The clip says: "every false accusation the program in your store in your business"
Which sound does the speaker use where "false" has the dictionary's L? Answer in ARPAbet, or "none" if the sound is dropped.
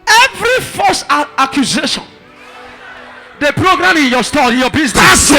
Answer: none